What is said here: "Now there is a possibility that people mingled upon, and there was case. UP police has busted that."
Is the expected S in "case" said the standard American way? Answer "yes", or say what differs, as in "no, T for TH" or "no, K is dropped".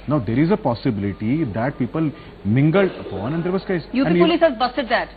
no, S is dropped